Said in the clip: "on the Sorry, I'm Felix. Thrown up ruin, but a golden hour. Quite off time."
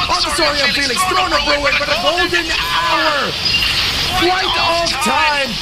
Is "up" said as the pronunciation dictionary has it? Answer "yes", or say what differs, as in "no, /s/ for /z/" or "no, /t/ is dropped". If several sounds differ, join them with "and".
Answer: no, /b/ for /p/